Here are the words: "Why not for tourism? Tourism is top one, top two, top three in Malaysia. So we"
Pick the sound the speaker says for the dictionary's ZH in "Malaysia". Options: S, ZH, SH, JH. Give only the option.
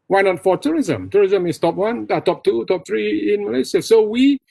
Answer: S